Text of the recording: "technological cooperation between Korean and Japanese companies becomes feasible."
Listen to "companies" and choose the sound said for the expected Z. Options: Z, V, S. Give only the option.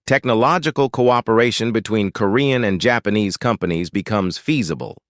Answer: Z